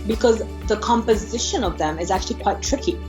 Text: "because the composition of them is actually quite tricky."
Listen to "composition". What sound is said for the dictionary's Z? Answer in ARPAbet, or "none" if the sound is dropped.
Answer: Z